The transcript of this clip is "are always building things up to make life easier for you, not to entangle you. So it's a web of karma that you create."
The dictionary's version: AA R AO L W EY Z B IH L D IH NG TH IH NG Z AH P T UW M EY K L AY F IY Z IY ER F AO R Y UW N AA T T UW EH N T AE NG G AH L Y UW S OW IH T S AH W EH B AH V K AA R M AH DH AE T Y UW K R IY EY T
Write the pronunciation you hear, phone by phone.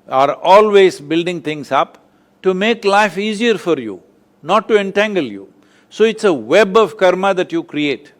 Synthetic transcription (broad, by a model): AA R AO L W EY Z B IH L D IH NG T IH NG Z AH P T UW M EY K L AY F IY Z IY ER F AO R Y UW N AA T T UW EH N T AE NG G AH L Y UW S OW IH T S AH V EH B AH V K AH R M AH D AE T Y UW K R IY EY T